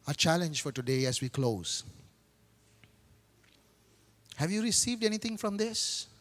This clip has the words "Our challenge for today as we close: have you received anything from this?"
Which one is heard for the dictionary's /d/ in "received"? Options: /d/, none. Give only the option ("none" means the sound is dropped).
/d/